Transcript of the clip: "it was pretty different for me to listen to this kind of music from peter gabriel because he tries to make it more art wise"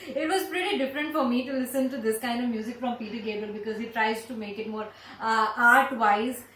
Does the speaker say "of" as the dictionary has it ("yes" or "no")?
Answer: yes